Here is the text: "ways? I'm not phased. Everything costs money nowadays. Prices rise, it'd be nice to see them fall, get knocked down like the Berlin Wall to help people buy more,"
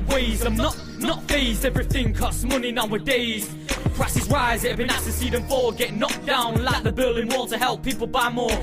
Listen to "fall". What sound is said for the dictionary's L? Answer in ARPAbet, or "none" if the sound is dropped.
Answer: W